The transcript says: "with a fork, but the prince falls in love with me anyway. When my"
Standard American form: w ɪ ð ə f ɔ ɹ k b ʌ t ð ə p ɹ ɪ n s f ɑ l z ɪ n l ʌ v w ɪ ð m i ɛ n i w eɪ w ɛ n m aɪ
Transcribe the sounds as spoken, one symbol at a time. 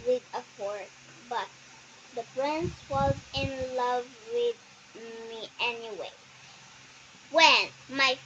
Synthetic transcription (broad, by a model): w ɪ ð ə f ɔ ɹ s b ʌ t ð ə p ɹ ɪ n s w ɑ z ɪ n l ʌ v w ɪ ð m i ɛ n i w eɪ w ɛ n m aɪ